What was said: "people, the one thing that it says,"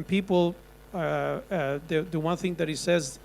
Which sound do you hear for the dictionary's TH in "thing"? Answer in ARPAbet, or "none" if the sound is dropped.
TH